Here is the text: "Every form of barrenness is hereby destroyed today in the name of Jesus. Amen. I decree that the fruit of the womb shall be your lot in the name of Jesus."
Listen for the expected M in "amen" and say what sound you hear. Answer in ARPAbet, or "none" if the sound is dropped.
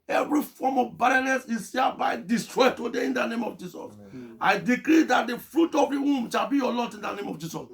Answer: none